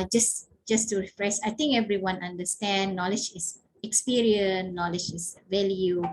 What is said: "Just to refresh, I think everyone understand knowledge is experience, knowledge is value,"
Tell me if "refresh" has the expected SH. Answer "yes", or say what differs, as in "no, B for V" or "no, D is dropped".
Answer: no, S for SH